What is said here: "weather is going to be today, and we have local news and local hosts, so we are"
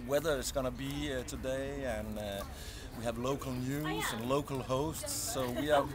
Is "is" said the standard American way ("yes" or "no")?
no